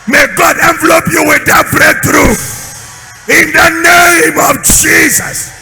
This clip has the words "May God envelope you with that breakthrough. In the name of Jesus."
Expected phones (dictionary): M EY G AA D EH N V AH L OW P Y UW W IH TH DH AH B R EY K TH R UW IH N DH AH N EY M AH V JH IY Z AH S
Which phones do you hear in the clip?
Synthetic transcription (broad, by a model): M EY G AA D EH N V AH L OW P Y UW W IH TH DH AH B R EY TH R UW IH N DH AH N EY M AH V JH IY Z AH S